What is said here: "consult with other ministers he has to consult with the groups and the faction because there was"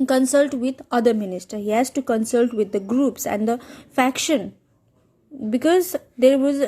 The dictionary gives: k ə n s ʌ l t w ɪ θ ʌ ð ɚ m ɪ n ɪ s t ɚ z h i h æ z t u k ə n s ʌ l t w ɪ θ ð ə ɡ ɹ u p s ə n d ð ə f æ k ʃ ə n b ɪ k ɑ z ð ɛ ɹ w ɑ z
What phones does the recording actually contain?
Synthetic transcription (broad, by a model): k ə n s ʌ l t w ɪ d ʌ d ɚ m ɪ n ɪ s t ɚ h i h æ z t u k ə n s ʌ l t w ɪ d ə ɡ ɹ u p s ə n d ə f æ k ʃ ə n b ɪ k ɑ z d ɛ ɹ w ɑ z